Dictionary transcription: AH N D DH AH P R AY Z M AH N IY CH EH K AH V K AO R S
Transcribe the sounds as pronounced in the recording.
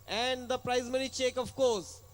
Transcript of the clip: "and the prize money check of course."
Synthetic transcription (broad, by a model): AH N D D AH P R AY Z M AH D IY CH EH K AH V K AO R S